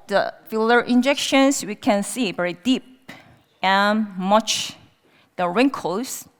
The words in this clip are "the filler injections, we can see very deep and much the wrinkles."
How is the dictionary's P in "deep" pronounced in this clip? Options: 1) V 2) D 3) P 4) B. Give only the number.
3